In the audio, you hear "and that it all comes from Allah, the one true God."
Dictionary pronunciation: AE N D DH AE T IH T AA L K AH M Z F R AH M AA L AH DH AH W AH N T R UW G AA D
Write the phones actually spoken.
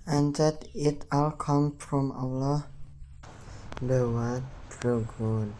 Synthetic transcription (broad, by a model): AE N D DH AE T IH T AA L K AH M F R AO M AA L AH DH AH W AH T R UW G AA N